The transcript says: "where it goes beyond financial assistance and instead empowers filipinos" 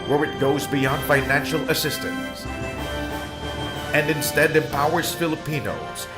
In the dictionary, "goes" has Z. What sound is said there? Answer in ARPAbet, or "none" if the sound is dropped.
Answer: Z